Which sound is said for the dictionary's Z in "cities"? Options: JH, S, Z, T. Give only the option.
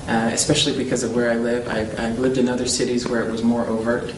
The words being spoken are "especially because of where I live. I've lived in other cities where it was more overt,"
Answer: Z